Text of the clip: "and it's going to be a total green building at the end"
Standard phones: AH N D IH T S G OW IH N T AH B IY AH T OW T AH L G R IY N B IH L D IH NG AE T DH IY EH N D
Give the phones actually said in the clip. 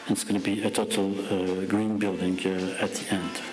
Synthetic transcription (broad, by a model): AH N IH T S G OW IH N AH B IY AH T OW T L G R IY N B IH L D IH NG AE T DH IY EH N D